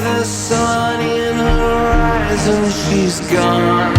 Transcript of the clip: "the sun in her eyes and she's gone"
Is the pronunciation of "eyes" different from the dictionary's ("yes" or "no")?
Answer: no